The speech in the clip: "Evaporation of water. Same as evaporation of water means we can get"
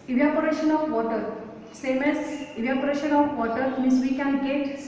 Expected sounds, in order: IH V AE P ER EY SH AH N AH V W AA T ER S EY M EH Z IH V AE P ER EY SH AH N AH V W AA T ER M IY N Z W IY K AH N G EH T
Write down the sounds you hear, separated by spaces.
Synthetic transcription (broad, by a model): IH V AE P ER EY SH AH N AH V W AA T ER S EY M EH S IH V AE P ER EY SH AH N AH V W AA T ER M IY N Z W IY K AH N G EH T